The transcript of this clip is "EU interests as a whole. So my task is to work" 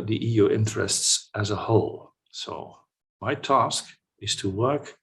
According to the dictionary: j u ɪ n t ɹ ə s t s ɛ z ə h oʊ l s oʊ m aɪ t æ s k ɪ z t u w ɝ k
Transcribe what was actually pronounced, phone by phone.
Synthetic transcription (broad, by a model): j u ɪ n t ɹ ə s t s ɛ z ə h oʊ l s oʊ m aɪ t æ s k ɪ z t u w ɝ k